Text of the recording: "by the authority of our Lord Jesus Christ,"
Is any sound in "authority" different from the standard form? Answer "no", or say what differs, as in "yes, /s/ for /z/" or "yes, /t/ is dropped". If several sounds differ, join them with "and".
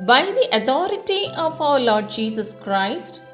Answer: yes, /t/ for /θ/